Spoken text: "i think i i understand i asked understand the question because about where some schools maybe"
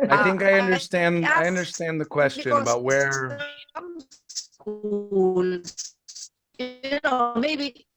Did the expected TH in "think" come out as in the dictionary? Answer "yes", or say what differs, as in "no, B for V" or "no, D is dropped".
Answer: yes